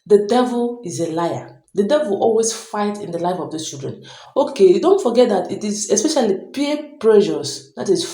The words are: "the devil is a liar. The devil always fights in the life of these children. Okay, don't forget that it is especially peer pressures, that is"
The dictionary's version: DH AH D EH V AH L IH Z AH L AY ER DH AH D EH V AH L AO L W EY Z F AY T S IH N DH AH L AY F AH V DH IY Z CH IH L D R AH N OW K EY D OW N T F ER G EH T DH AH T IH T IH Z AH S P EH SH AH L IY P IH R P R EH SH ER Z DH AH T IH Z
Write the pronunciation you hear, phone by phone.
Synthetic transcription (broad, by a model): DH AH D EH V AH L IH Z AH L AY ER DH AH D EH V AH L AO L W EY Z F AY T IH N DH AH L AY F AH V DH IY CH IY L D R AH N OW K EY D OW N T F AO G EH T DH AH T IH T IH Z AH S P EH SH AH L IY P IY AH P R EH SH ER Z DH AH T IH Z